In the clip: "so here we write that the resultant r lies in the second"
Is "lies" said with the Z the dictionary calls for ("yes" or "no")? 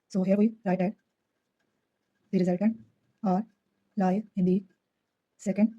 no